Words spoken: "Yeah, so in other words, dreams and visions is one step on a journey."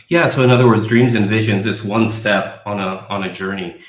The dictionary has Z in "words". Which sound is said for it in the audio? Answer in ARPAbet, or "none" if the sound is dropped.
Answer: Z